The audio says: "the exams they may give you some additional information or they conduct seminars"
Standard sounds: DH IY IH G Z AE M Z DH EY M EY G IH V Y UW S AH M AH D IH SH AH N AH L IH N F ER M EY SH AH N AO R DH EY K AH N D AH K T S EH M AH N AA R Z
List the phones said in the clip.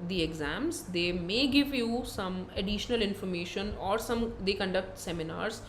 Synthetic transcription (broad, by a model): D IY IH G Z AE M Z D EY M EY G IH V Y UW S AH M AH D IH SH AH N AH L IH N F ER M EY SH AH N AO R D EY K AH N D AH K T S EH M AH N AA R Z